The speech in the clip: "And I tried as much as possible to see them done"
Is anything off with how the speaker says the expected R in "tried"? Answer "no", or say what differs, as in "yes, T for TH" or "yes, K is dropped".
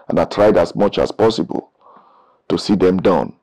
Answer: no